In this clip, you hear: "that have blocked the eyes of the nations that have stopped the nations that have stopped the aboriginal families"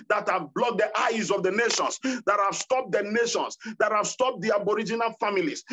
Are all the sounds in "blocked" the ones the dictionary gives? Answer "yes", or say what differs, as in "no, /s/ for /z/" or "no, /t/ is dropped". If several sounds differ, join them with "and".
no, /k/ is dropped